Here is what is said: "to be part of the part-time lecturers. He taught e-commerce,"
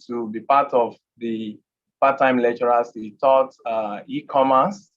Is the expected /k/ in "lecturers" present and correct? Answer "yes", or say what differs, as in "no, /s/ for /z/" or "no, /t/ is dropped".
no, /k/ is dropped